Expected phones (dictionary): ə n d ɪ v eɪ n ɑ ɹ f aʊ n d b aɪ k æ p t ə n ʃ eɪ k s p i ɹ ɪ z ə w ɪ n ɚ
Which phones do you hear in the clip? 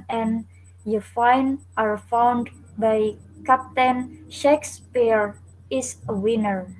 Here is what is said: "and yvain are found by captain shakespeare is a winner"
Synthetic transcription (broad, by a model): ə n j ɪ f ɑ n ɑ ɹ f aʊ n d b aɪ k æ p t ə n ʃ eɪ k s p i ɹ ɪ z ə w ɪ n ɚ